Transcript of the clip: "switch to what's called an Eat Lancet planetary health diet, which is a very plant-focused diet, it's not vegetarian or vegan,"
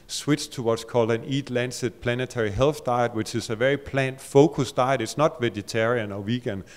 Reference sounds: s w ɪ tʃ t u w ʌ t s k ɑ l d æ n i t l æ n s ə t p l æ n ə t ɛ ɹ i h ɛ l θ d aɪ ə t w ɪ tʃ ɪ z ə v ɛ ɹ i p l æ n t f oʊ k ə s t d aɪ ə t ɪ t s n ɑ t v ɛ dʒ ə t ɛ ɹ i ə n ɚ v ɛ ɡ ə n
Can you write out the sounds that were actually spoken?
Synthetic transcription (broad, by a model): s w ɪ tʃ t u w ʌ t s k ɑ l d æ n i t l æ n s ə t p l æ n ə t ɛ ɹ i h ɛ l θ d aɪ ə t w ɪ tʃ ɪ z ə v ɛ ɹ i p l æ n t f oʊ k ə s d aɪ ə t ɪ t s n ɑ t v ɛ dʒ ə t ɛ ɹ i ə n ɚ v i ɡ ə n